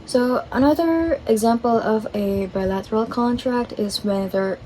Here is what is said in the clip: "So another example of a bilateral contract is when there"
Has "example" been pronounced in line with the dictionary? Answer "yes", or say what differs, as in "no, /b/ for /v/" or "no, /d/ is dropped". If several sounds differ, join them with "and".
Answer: yes